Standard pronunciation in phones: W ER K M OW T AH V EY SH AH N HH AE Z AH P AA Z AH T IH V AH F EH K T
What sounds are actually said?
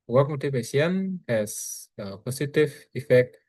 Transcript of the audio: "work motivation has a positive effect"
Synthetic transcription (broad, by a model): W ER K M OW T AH P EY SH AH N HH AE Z AH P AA S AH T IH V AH F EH K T